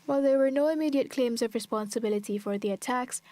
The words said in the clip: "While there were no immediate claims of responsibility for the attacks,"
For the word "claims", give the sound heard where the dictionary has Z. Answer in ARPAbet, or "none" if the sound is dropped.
Z